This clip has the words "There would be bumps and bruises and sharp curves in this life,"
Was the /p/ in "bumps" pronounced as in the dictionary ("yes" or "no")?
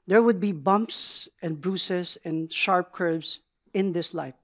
yes